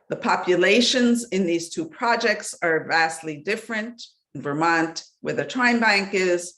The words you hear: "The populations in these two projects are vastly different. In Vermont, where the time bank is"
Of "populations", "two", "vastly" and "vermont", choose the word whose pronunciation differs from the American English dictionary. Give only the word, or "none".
none